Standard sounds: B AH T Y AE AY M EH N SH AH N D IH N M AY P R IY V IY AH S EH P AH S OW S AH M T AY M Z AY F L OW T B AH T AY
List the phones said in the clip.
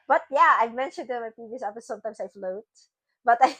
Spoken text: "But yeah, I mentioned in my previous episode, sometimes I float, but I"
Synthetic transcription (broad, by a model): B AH T Y AE AY M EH N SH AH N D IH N M AY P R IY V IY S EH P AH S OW S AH M T AY M S AY F L OW T B AH T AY